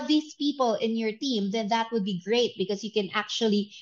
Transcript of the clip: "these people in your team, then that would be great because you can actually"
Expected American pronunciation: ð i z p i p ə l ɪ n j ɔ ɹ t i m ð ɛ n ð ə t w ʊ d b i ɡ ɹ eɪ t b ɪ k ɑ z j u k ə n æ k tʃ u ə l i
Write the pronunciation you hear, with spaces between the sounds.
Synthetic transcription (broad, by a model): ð i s p i p ə l ɪ n j ɔ ɹ t i m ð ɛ n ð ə t w ʊ d b i ɡ ɹ eɪ t b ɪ k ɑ s j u k ə n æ k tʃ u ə l i